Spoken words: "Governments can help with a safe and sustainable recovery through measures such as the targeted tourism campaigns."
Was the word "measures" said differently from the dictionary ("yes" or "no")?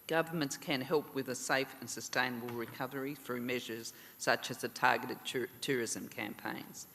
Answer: no